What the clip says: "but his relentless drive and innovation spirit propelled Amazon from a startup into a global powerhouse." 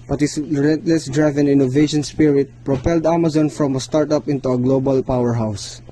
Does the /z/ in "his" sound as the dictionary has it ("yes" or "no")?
no